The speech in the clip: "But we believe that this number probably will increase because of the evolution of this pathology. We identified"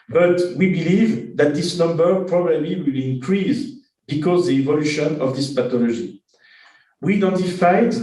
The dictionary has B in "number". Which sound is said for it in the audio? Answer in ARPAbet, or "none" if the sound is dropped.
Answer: B